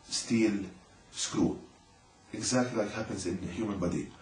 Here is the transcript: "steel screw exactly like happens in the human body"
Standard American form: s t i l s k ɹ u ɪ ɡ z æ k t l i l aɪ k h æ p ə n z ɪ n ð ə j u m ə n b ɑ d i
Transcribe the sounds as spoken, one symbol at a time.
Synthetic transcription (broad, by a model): s t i l s k ɹ u ɪ ɡ z æ k t l i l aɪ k h æ p ə n z ɪ n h j u m ə n b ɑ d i